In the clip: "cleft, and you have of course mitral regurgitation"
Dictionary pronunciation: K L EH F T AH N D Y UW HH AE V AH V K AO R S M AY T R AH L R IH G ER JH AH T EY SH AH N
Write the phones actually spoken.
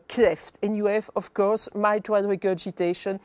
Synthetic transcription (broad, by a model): K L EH F T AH N Y UW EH F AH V K AO R S M AY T W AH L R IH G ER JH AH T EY SH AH N